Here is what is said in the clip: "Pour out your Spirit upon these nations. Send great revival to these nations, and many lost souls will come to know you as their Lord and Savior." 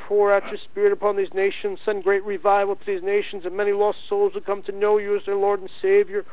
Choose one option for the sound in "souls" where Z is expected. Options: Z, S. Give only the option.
Z